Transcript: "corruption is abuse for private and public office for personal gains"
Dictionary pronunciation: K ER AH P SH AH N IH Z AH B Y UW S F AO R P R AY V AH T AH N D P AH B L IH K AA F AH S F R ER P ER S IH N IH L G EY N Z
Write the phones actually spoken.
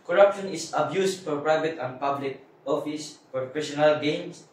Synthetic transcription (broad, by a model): K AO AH P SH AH N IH S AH B Y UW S F AO R P R AY V AH T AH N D P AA B L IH K AA F AH S P R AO F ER SH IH N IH L G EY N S